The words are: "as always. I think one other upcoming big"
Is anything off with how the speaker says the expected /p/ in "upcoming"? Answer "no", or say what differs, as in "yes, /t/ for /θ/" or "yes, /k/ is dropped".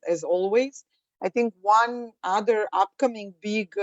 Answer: no